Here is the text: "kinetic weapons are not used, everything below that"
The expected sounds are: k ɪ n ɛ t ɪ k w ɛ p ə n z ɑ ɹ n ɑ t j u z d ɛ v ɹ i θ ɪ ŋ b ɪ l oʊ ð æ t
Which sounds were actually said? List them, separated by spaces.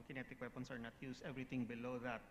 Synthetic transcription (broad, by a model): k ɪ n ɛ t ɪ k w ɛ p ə n s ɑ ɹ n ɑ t j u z ɛ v ɹ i t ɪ ŋ b ɪ l oʊ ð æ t